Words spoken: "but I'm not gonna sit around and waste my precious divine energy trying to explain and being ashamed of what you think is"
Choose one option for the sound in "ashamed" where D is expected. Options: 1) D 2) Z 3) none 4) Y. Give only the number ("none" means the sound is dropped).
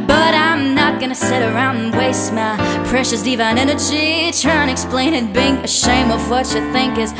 3